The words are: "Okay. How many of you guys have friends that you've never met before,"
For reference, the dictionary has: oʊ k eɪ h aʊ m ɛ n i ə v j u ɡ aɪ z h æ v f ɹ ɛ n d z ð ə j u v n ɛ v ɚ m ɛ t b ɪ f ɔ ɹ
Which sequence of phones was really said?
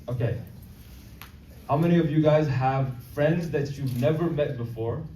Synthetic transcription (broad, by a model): oʊ k eɪ h aʊ m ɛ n i ə v j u ɡ aɪ z h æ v f ɹ ɛ n d z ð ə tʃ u v n ɛ v ɚ m ɛ t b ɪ f ɔ ɹ